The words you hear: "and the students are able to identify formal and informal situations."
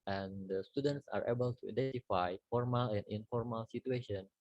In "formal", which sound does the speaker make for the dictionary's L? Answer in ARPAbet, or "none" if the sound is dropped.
L